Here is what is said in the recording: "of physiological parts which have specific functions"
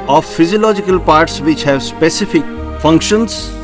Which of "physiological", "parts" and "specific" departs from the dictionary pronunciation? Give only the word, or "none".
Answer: none